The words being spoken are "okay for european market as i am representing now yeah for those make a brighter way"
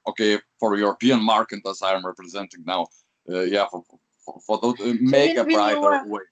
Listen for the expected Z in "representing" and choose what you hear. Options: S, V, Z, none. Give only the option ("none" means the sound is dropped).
Z